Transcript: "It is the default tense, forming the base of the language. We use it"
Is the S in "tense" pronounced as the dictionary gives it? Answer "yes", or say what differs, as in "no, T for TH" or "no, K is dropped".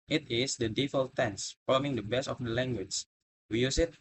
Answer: yes